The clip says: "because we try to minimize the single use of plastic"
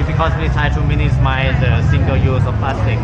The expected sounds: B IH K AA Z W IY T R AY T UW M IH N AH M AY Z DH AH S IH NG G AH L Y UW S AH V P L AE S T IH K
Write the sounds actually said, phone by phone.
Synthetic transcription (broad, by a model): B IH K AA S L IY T AY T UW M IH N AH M AY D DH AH S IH NG G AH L Y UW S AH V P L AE S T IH K